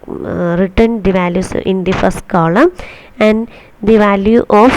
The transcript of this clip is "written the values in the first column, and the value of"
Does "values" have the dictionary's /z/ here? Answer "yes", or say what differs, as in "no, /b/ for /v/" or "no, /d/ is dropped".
no, /s/ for /z/